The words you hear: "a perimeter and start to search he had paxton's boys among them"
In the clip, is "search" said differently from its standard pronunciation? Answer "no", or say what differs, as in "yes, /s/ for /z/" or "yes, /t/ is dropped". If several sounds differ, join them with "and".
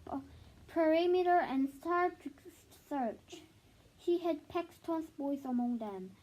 no